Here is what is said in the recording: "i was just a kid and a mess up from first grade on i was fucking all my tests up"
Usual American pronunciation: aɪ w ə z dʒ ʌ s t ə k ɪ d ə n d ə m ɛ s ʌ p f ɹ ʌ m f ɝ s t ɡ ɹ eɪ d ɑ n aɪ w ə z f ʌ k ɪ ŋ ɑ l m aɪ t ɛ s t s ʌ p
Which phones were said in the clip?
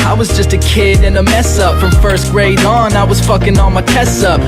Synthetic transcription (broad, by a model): aɪ w ə z dʒ ʌ s t ə k ɪ d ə n ə m ɛ s ʌ p f ɹ ʌ m f ɝ s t ɡ ɹ eɪ d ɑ n aɪ w ə z f ʌ k ɪ ŋ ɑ n m aɪ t ɛ s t ʌ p